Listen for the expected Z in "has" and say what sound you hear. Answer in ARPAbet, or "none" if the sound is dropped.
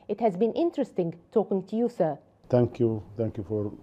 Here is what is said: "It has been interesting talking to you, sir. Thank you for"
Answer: Z